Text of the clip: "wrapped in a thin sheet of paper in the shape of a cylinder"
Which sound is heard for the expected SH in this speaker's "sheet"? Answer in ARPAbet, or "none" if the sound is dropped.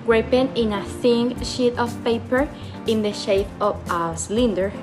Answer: SH